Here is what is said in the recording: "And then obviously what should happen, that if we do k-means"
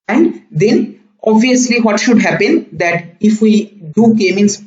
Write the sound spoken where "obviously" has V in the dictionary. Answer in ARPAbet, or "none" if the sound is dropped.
V